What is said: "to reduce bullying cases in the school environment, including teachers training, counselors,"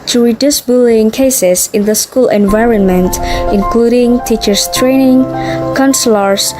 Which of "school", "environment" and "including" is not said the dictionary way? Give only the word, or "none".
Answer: none